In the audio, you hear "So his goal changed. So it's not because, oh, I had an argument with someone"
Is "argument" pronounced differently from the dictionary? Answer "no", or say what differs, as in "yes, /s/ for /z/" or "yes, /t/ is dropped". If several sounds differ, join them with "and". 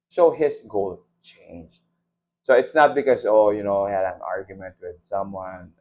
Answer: no